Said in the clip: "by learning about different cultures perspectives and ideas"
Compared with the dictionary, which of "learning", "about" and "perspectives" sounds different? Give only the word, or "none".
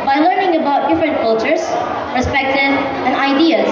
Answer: perspectives